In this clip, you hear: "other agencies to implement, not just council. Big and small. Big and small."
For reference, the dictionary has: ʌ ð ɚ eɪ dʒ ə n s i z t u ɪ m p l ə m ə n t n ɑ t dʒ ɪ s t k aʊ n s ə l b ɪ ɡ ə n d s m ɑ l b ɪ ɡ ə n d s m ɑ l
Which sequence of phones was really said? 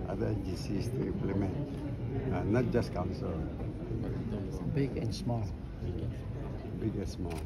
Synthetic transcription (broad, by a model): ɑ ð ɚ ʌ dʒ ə s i s t u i m p l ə m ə n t n ɑ t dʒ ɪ s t k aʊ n s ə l b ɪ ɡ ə n s m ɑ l b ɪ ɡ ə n s m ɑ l